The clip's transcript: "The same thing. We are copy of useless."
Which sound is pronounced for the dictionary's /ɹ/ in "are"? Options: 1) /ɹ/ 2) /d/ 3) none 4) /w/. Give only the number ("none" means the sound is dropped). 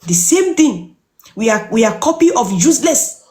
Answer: 4